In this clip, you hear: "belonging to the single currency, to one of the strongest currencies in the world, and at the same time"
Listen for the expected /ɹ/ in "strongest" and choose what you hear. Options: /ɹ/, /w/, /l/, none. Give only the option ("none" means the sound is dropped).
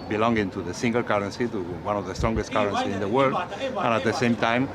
/ɹ/